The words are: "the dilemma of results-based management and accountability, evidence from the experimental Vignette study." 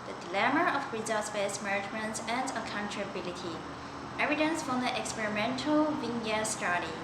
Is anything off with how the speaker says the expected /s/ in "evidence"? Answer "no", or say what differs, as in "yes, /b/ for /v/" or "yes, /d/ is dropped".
no